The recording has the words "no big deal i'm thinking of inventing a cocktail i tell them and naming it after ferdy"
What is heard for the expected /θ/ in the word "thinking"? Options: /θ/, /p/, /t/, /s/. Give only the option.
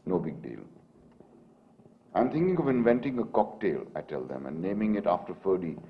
/t/